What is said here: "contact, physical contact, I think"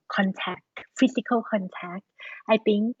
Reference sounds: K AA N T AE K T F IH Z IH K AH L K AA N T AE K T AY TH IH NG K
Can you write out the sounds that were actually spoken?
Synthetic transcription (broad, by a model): K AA N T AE K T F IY S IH K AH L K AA N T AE K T AY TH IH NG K